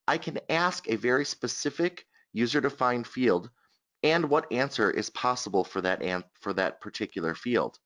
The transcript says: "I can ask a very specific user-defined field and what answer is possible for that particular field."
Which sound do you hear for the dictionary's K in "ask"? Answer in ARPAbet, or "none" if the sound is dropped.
K